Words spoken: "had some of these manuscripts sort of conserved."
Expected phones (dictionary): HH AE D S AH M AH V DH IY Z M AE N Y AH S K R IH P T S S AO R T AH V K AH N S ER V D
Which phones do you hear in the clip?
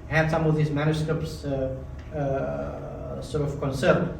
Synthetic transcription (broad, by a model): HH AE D S AH M AH V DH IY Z M AE N Y AH S K R IH P T S S AO R T AH V K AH N S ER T